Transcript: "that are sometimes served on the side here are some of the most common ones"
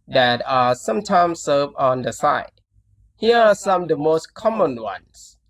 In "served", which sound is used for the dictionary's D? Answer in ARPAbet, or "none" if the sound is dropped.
none